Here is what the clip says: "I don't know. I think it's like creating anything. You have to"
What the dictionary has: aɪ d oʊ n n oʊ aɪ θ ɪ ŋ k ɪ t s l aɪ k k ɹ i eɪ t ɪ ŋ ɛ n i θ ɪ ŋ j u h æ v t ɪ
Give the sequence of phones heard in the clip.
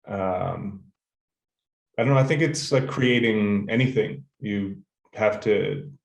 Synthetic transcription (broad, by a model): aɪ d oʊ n n oʊ aɪ θ ɪ ŋ k ɪ t s l aɪ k k ɹ i eɪ t ɪ ŋ ɛ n i θ ɪ ŋ j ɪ h æ f t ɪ